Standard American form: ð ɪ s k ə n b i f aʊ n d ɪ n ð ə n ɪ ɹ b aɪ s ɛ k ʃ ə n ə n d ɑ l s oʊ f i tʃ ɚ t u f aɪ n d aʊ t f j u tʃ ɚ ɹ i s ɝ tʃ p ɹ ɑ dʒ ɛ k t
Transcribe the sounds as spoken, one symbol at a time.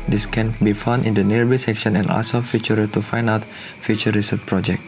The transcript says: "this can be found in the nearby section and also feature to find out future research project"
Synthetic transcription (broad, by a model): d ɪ s k ə n b i f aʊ n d ɪ n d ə n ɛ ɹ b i s ɛ k ʃ ə n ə n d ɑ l s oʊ f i tʃ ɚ t u f aɪ n d aʊ t f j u tʃ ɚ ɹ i s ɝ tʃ p ɹ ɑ dʒ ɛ k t